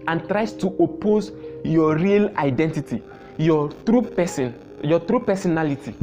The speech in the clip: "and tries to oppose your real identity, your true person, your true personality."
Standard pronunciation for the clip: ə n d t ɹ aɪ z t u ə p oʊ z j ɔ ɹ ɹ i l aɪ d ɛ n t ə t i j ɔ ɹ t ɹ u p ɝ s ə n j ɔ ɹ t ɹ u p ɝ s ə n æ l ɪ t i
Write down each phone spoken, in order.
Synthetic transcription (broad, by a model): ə n t ɹ aɪ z t u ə p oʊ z j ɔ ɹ ɹ i l aɪ d ɛ n t ə t i j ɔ t ɹ u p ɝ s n j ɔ t ɹ u p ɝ s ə n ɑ l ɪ t i